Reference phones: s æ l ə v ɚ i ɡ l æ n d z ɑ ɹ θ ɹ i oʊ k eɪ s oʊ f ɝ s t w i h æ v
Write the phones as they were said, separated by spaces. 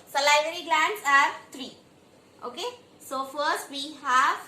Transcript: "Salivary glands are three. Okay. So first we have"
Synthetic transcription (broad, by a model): s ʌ l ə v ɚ i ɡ l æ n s ɑ ɹ t ɹ i oʊ k eɪ s oʊ f ɝ s t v i h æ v